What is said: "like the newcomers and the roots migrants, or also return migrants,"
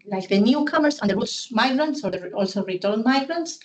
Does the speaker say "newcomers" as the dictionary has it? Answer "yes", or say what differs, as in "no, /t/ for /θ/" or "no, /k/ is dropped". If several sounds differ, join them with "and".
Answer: no, /s/ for /z/